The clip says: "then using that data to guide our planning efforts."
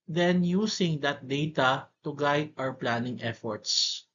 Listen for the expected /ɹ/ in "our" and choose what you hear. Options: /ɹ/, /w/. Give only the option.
/w/